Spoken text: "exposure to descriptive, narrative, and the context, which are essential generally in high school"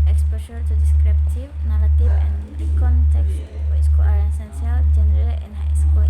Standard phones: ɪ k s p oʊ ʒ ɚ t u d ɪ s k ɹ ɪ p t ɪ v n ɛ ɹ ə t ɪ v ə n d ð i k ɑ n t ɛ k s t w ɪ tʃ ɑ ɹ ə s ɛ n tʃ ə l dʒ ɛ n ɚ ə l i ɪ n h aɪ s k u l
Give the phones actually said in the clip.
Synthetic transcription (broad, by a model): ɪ k s p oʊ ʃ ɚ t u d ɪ s k ɹ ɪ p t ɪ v n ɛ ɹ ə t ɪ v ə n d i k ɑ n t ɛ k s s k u ɑ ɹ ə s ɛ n s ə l dʒ ɛ n ɚ ə l i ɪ n h aɪ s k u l